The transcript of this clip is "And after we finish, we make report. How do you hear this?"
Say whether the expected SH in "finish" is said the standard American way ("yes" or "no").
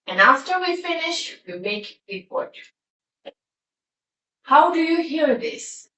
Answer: yes